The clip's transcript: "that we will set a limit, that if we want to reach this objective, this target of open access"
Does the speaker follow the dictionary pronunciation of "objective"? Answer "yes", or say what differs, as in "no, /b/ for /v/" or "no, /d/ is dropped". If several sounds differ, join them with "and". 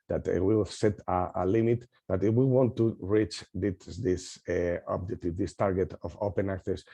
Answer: no, /k/ is dropped